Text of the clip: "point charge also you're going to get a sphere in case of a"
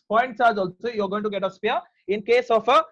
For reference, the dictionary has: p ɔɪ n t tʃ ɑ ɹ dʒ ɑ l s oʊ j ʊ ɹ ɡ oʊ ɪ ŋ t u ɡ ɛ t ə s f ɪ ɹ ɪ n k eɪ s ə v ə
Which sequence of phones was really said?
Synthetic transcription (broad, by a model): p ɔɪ n t s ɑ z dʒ ɑ l s oʊ j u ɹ ɡ oʊ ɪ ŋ t u ɡ ɛ t ə s p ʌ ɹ ɪ n k eɪ s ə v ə